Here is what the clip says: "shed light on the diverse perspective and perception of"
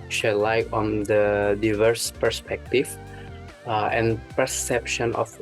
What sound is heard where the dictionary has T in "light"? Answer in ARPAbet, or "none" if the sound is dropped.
none